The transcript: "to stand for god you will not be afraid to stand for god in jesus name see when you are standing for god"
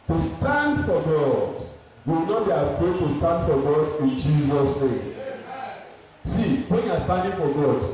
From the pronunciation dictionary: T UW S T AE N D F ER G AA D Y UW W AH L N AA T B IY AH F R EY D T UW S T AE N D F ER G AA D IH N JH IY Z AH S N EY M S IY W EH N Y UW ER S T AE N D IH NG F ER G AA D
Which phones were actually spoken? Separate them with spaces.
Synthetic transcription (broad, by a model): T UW S T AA N D F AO G AA D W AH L N AA T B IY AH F EY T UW S T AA N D F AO G AA D IH N JH IY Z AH S N EY M S IY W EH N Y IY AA S T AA N D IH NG F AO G AA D